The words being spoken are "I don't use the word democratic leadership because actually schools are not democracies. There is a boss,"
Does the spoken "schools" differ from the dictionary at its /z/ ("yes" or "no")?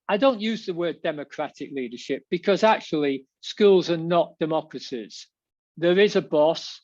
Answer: no